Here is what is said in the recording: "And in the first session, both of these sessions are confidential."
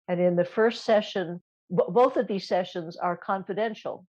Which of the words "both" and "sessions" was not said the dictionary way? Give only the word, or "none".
none